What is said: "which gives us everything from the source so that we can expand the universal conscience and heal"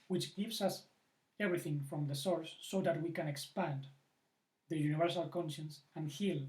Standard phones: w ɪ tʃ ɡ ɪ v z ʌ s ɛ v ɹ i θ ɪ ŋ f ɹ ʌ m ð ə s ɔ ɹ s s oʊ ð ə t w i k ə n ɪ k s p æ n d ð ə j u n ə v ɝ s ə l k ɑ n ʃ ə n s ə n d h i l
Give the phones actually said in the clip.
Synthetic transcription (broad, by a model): w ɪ tʃ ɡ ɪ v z ʌ s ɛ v ɹ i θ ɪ ŋ f ɹ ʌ m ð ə s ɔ ɹ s s oʊ ð ə t w i k ə n ɪ k s p æ n d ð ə j u n ə v ɝ s ə l k ɑ n ʃ ə n s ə n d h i l